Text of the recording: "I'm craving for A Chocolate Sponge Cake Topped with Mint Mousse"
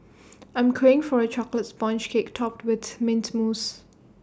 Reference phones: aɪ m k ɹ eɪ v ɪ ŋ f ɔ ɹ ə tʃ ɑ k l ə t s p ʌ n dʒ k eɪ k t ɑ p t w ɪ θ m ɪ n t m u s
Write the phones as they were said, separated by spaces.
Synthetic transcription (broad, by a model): aɪ m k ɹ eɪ ɪ ŋ f ɔ ɹ ə tʃ ɑ k l ə t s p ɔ n tʃ k eɪ k t ɑ p t w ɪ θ m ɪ n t m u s